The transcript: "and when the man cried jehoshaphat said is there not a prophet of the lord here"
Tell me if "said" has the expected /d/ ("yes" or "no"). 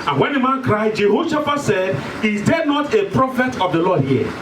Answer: yes